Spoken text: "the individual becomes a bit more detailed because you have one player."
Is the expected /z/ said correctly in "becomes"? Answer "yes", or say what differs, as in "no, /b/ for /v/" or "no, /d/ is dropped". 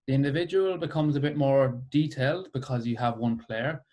yes